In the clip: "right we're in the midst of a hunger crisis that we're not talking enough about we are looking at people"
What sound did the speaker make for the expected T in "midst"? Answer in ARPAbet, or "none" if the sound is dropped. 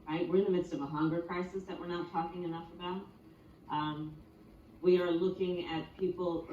T